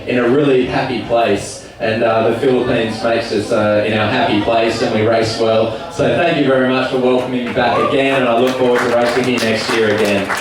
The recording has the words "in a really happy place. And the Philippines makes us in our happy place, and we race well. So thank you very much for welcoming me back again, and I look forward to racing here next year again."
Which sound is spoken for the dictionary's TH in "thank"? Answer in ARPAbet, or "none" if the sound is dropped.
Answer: TH